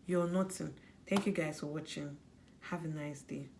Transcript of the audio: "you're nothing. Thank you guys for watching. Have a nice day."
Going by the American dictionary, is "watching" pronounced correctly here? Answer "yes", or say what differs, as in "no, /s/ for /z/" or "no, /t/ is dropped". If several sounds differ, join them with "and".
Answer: yes